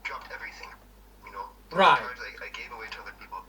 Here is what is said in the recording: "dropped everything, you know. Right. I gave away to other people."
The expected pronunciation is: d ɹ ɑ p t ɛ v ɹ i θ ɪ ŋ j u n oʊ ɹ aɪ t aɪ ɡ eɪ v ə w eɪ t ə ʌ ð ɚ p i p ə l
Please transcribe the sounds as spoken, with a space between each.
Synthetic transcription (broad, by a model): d ɹ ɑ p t ɛ v ɹ i θ ɪ ŋ j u n oʊ ɹ aɪ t aɪ ɡ eɪ v ə w eɪ t ə ʌ ð ɚ p i p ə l